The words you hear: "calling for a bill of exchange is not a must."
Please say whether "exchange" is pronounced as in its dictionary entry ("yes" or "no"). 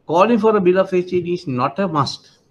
no